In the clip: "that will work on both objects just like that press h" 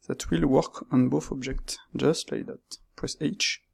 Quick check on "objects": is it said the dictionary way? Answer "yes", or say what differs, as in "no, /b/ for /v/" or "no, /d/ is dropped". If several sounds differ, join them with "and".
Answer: yes